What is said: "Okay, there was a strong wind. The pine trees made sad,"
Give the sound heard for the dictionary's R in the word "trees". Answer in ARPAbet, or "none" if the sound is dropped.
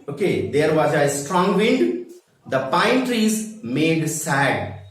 R